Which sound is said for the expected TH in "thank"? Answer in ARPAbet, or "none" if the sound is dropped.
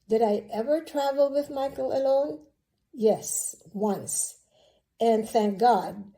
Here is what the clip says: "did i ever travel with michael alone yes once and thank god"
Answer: TH